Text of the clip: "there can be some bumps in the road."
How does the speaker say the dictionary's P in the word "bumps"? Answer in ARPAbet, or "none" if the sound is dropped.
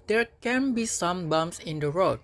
none